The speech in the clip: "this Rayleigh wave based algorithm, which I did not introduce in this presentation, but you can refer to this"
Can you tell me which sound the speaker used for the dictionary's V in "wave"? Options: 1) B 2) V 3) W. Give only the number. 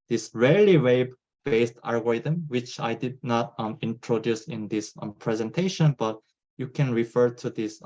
1